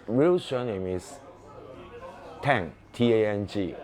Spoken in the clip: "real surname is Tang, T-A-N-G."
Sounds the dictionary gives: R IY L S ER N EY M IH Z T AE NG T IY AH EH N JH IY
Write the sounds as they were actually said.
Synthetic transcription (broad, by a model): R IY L SH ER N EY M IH S T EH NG T IY AH EH N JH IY